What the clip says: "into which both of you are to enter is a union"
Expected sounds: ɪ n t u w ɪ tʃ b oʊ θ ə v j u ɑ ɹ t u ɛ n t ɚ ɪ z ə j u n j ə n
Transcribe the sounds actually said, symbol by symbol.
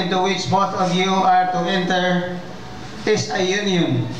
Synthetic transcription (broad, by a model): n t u w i s b oʊ θ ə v j u ɑ ɹ t u ɛ n t ɚ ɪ s ə j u n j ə n